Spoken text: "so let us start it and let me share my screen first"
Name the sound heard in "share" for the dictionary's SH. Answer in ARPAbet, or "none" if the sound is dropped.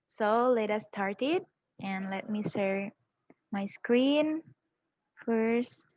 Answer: S